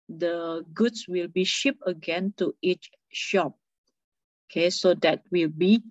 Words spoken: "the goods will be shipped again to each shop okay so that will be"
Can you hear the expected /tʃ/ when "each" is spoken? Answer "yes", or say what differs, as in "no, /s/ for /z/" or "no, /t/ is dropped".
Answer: yes